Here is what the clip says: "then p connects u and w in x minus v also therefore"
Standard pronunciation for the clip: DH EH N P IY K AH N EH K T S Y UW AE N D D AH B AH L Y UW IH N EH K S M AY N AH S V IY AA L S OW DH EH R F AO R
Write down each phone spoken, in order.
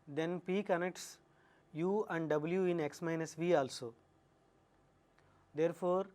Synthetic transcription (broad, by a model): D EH N P IY K AH N EH K T S Y UW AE N D D AH B AH L Y UW IH N EH K S M AY N AH S V IY AA L S OW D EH R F AO R